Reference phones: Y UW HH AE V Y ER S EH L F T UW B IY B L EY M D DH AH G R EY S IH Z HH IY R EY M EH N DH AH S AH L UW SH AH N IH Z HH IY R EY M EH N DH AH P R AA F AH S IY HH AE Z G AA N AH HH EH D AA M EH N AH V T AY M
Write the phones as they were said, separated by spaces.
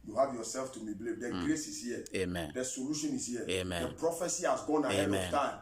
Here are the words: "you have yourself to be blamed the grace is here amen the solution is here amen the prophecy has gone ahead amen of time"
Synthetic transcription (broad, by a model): Y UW HH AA V Y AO S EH L F T UW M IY B L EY D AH G R EY S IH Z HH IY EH EY M EH N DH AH S AH L UW SH AH N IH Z HH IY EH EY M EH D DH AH P R AA F AH S IY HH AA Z G AA N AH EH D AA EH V T AY M